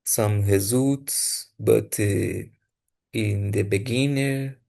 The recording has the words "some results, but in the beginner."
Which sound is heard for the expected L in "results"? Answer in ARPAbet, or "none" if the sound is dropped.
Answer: none